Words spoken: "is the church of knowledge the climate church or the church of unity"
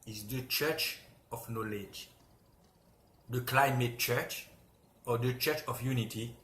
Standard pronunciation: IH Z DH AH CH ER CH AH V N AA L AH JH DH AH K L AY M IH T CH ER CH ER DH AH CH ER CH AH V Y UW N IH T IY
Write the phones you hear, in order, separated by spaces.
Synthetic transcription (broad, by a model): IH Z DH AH CH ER CH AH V N AA L AH JH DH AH K L AY M IH T CH ER CH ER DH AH CH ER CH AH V Y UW N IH T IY